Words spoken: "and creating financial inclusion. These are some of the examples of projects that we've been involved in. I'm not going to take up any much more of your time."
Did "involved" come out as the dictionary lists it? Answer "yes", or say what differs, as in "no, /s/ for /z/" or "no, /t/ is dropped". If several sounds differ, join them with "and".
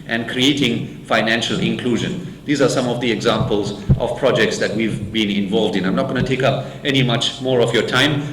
yes